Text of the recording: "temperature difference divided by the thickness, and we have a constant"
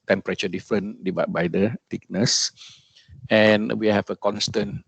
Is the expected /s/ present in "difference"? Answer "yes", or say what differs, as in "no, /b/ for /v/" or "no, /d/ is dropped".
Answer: no, /s/ is dropped